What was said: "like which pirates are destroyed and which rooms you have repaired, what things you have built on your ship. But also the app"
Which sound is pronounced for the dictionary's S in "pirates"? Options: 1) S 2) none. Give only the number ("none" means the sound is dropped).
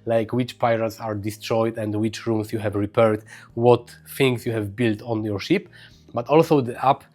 1